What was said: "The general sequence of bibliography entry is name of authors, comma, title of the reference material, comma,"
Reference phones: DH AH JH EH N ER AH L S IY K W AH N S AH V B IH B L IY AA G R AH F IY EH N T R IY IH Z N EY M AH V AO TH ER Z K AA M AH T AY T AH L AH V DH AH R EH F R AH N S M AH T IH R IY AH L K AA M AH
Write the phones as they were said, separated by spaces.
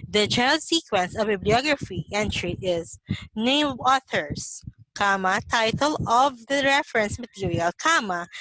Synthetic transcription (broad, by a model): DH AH JH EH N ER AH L S IY K W AH N S AH V B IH B L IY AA G R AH F IY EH N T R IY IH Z N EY AH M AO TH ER S K AA M AH T AY T AH L AH V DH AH R EH F R AH N S M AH T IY R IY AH L K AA M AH